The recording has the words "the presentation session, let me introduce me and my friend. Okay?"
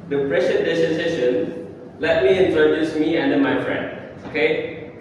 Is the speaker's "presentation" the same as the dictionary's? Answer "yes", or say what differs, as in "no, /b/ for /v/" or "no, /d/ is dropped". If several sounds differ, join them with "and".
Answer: no, /s/ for /ʃ/